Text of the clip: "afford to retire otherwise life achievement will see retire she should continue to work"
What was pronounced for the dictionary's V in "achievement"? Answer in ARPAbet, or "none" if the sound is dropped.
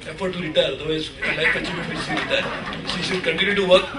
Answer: none